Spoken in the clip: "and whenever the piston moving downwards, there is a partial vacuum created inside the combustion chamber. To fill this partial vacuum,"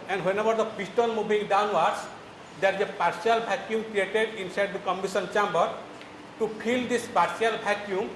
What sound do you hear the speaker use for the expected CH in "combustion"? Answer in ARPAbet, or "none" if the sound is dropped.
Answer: none